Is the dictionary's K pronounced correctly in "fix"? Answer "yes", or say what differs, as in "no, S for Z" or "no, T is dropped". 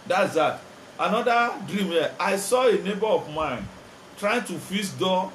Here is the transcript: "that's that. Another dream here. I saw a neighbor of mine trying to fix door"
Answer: no, K is dropped